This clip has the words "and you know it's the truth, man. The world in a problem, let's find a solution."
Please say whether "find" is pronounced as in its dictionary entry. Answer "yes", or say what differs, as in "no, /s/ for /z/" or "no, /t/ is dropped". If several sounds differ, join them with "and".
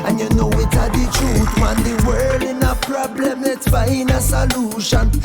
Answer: no, /d/ is dropped